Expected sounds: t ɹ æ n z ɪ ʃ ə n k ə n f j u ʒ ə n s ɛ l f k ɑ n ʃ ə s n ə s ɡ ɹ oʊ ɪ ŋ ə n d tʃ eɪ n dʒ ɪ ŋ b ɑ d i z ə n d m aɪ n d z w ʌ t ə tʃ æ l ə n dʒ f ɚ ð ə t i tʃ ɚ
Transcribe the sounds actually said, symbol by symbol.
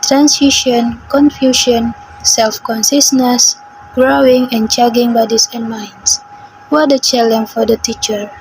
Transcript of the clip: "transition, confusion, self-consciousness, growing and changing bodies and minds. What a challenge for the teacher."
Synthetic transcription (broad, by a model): t ɹ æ n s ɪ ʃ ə n k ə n f j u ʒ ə n s ɛ l f k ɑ n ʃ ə s n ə s ɡ ɹ oʊ ɪ ŋ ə n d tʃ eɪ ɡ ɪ ŋ b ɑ d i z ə n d m aɪ n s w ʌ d ə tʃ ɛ l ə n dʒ f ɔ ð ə t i tʃ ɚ